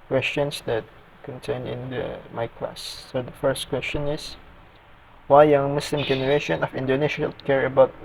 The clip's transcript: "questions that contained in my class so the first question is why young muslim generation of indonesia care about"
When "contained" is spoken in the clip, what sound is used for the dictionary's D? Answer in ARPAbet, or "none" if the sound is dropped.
none